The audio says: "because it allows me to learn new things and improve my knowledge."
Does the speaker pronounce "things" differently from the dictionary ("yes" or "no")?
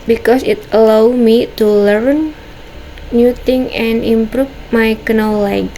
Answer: yes